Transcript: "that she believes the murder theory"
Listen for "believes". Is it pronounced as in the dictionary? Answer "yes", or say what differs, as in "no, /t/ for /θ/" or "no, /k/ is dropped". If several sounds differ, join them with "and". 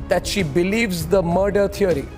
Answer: yes